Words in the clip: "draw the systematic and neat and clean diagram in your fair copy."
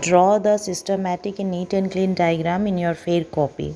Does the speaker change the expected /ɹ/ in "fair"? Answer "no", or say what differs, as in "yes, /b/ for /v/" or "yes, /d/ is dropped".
no